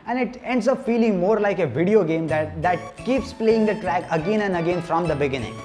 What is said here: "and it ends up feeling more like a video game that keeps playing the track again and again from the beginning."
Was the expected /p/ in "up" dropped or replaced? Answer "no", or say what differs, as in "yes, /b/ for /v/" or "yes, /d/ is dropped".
yes, /f/ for /p/